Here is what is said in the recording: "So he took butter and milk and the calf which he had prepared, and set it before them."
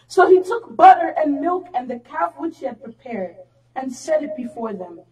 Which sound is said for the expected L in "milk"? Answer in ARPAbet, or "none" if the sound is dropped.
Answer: L